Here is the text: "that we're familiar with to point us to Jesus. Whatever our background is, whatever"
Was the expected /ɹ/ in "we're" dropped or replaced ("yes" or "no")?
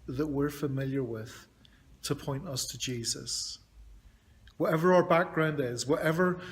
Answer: no